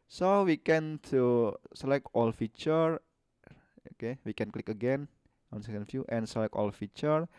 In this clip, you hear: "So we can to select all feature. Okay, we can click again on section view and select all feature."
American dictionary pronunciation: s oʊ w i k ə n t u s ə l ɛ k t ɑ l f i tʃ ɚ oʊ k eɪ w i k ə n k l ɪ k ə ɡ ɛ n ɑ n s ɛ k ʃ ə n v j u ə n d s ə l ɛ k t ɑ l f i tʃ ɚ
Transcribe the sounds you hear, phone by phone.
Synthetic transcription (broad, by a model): s oʊ w i k ə n t u s ə l ɛ k t ɑ l f i tʃ ɚ oʊ k eɪ w i k ə n k l ɪ k ə ɡ ɛ n ɑ n s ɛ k ə n f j u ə n s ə l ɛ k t ɑ l f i tʃ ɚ